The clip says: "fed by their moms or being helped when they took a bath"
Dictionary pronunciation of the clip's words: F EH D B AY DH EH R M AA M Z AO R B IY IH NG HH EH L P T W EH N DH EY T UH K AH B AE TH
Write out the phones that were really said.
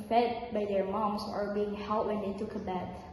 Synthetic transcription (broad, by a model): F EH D B AY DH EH R M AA M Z AO R B IY IH NG HH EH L T W EH N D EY T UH K AH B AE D